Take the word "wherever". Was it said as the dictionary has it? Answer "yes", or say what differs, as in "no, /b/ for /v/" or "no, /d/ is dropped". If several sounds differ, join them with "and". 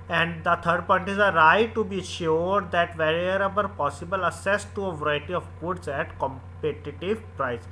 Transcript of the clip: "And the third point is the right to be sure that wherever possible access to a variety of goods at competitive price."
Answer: no, /b/ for /v/